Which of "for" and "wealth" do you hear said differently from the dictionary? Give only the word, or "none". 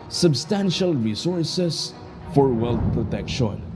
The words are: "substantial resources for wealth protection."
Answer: wealth